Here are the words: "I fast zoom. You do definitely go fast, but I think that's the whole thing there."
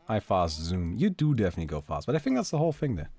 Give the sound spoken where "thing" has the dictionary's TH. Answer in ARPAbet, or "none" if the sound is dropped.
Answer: TH